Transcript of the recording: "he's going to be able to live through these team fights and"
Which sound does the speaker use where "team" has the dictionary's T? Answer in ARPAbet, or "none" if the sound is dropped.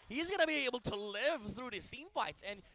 S